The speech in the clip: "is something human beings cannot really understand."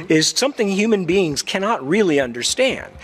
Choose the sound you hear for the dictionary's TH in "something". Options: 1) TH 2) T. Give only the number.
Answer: 1